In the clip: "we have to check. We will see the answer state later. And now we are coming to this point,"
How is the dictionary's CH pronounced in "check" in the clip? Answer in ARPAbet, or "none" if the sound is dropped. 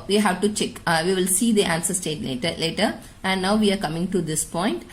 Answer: CH